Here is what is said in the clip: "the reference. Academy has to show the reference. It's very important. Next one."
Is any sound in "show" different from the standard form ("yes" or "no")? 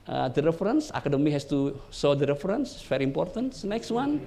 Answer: yes